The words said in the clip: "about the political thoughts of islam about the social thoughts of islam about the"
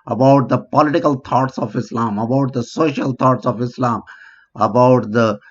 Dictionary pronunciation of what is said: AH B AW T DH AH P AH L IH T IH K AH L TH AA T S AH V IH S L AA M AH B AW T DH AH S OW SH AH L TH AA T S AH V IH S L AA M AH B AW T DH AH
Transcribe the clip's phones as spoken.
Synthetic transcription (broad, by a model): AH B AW T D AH P AH L IH T IH K AH L T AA T S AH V IH S L AA M AH B AW T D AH S OW SH AH L T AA T S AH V IH S L AA M AH B AW T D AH